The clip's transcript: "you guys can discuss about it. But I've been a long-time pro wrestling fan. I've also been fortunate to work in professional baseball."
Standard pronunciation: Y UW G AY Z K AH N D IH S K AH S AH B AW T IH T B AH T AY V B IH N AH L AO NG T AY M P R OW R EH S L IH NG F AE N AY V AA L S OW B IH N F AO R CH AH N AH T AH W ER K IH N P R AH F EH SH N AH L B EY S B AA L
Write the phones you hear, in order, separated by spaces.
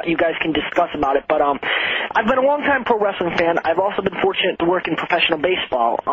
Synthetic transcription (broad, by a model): Y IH G AY Z K N D IH S K AH S AH B AW T IH T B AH T AY V B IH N AH L AO NG T AY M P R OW R EH S L IH NG F AE N AY V AA L S OW B IH N F AO R CH AH N AH T AH W ER K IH N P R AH F EH SH N L B EY S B AA L